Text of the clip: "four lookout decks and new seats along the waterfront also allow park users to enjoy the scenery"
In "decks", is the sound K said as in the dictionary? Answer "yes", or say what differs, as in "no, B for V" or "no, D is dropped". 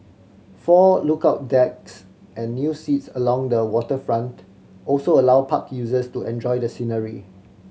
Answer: yes